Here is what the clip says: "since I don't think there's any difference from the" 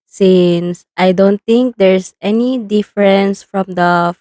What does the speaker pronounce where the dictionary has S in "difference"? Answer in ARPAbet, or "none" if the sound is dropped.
S